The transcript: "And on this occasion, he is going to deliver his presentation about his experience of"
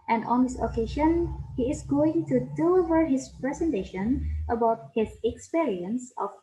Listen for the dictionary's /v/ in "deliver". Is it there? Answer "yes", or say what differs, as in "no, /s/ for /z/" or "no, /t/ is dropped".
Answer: yes